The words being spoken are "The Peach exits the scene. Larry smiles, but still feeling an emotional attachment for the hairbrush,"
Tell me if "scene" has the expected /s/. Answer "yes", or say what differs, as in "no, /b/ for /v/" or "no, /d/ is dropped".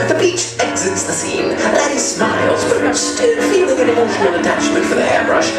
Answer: yes